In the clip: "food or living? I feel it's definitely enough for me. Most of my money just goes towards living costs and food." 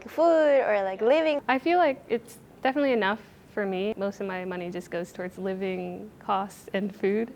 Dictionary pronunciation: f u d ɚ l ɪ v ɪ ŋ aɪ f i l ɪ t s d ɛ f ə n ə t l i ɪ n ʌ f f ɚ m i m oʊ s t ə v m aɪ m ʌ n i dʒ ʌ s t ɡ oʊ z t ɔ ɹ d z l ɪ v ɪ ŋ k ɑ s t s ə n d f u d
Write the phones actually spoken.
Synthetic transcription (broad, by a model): f u d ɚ l ɪ v ɪ ŋ aɪ f i l ɪ t s d ɛ f ə n ə t l i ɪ n ʌ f f ɚ m i m oʊ s t ə v m aɪ m ʌ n i dʒ ʌ s ɡ oʊ z t ɔ ɹ d z l ɪ v ɪ ŋ k ɑ s t ə n f u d